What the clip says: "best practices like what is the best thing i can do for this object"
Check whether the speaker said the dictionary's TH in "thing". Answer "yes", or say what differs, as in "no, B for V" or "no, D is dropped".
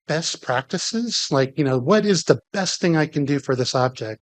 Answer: yes